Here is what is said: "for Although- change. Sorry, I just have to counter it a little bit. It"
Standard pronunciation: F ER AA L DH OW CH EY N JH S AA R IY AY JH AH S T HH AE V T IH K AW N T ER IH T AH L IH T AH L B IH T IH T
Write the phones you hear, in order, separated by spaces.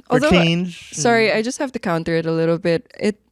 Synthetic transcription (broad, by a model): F AA L DH OW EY N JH S AA R IY AY JH AH S T HH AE F T IH K AW N T ER IH T AH L IH T L B IH T IH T